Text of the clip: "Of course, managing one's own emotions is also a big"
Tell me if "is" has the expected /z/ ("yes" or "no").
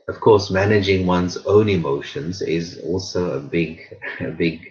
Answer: yes